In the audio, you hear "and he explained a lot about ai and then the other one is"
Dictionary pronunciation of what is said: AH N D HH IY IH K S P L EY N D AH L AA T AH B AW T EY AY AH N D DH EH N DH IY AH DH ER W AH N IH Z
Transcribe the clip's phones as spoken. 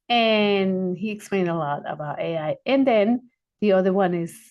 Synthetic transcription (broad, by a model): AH N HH IY IH K S P L EY N D AH L AA T AH B AW T EY AY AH N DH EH N DH IY AH DH ER W AH N IH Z